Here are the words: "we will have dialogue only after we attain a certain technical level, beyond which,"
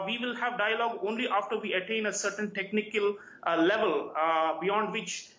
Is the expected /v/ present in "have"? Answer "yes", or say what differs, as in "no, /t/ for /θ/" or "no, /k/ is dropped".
yes